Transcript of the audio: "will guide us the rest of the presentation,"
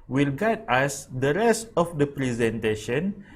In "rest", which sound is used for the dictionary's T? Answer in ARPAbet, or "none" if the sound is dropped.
T